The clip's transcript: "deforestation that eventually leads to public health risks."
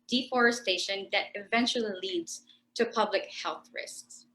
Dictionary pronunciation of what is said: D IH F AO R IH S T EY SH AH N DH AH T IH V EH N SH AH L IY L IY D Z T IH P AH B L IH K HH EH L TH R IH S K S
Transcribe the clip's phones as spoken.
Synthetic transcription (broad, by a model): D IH F AO R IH S T EY SH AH N DH AH T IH V EH N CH L IY L IY D Z T IH P AH B L IH K HH EH L TH R IH S K S